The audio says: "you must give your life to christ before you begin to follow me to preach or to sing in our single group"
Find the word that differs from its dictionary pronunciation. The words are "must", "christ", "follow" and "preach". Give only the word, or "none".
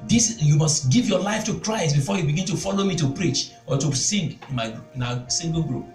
none